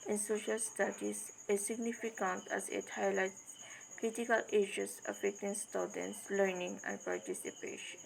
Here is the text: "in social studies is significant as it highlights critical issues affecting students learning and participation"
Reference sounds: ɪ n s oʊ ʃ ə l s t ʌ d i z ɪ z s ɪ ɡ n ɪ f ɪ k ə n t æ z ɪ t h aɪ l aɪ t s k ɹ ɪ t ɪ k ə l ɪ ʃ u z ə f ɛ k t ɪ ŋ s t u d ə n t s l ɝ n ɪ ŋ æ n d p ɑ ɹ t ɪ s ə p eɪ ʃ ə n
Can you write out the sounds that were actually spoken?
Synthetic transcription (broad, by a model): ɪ n s oʊ ʃ ə l s t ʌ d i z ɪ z s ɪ ɡ n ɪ f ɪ k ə n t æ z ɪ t h aɪ l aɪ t k ɹ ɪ t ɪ k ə l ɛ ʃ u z ə f ɛ k t ɪ ŋ s t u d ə n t s l ɝ n ɪ ŋ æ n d p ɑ ɹ t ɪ s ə p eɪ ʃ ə n